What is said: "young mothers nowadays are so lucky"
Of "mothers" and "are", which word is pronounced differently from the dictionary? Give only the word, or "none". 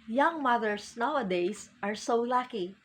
mothers